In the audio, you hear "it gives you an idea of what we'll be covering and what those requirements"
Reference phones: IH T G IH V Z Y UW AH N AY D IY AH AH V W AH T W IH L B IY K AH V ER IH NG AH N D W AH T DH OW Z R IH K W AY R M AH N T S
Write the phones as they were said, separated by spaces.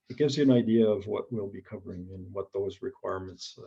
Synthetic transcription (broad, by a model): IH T G IH V Z Y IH AH N AY D IY AH AH V W AH T W IH L B IY K AH V ER IH NG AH N W AH T DH OW Z R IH K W AY R M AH N T S